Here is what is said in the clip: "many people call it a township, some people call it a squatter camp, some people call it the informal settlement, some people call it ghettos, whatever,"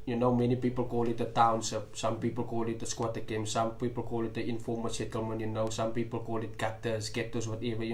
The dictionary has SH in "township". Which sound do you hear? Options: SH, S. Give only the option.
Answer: S